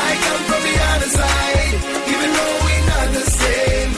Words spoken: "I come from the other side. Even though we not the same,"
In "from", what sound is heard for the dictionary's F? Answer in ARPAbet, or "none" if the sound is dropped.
P